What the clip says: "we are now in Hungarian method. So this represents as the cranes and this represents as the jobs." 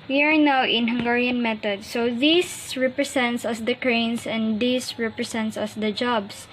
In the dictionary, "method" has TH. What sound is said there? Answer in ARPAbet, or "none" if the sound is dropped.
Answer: T